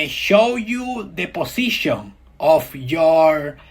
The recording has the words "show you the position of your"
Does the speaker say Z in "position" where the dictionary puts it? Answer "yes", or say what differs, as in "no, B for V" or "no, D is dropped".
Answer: no, S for Z